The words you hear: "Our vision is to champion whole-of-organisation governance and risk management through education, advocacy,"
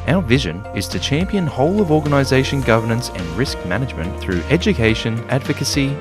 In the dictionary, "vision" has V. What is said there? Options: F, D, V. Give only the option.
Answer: V